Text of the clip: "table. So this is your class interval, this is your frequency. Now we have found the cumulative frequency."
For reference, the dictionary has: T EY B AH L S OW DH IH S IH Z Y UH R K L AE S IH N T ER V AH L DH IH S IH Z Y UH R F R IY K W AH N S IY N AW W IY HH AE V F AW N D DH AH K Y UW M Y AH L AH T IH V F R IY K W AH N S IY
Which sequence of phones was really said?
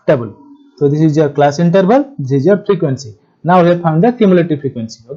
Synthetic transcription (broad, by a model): T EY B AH L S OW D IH S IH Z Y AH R K L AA S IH N T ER B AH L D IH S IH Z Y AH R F R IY K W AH N S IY N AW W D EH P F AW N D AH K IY M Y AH L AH T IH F R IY K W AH N S IY